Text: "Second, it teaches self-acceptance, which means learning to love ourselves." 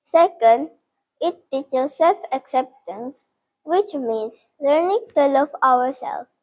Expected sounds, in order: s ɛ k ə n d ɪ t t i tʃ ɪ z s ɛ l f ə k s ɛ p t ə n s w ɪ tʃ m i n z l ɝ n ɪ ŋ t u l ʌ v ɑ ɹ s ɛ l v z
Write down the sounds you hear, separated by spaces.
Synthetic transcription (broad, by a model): s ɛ k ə n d ɪ t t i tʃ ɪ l s ɛ l f ə k s ɛ p t ə n s w ɪ tʃ m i n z l ɝ n ɪ ŋ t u l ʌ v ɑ ɹ s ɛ l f